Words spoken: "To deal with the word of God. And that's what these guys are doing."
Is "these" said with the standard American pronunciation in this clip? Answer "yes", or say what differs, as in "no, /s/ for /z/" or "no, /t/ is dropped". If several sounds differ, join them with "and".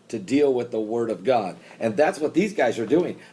yes